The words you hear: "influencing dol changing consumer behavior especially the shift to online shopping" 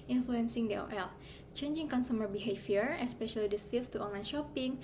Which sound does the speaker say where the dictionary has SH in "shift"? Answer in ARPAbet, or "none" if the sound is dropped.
S